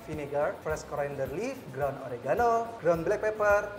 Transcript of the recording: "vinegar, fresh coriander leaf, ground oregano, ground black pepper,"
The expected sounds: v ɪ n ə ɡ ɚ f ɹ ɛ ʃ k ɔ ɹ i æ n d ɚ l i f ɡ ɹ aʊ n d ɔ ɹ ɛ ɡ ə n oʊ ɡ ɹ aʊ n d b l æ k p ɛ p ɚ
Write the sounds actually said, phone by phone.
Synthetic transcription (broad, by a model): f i n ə ɡ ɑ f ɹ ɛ s k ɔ ɹ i n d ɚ l i f ɡ ɹ aʊ n ɔ ɹ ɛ ɡ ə n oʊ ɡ ɹ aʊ n b l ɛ k p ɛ p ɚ